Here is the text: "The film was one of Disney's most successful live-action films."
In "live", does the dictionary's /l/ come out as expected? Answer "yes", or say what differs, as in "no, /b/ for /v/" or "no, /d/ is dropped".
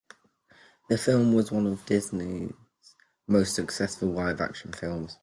no, /w/ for /l/